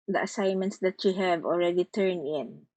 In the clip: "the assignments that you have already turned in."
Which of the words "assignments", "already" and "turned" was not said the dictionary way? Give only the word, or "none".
turned